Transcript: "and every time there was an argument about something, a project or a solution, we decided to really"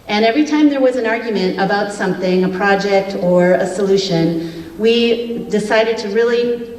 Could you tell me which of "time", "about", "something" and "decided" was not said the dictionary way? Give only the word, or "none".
none